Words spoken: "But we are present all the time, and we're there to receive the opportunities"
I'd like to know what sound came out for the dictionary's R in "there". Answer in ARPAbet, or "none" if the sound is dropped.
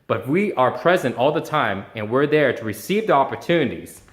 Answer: R